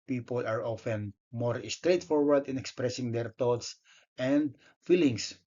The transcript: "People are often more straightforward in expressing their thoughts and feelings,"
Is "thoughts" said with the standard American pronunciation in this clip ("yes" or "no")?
no